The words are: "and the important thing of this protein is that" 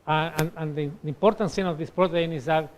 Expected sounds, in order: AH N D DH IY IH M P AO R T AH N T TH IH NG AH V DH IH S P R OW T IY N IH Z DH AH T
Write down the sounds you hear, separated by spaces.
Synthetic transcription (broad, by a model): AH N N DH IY M P AO R T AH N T S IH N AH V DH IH S P R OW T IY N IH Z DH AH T